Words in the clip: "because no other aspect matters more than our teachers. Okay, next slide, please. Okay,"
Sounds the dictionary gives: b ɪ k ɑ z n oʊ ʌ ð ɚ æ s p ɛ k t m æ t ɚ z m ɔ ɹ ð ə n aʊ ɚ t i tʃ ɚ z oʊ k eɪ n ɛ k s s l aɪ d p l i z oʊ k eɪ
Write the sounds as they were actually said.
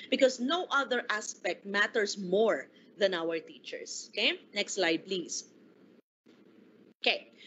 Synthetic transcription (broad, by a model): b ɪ k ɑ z n oʊ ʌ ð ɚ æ s p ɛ k t m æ t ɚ s m ɔ ɹ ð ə n aʊ ɚ t i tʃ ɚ s oʊ k eɪ n ɛ k s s l aɪ d p l i s oʊ k eɪ